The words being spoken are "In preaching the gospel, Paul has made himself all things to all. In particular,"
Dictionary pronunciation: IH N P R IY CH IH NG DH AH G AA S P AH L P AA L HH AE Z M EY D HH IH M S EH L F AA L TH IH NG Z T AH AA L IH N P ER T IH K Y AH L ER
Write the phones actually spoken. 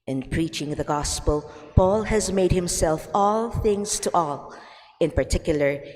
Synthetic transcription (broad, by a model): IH N P R IY CH IH NG DH AH G AA S P AH L P AA L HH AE Z M EY D HH IH M S EH L F AA L TH IH NG Z T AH AA L IH N P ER T IH K Y L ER